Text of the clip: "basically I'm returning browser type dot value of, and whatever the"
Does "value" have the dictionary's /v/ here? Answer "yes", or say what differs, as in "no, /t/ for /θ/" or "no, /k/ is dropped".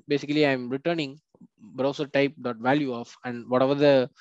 yes